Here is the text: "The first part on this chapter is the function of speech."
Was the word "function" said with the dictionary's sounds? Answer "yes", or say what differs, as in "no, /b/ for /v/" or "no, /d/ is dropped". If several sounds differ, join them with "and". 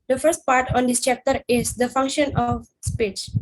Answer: yes